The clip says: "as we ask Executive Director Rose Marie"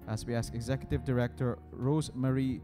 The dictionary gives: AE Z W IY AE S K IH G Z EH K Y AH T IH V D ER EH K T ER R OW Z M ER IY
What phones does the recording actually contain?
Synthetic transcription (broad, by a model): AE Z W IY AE S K IH G Z EH K Y AH T IH V D ER EH K T ER R OW Z M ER IY